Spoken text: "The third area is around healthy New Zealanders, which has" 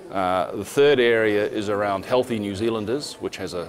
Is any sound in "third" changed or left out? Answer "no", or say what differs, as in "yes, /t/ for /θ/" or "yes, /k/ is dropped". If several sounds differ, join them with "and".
no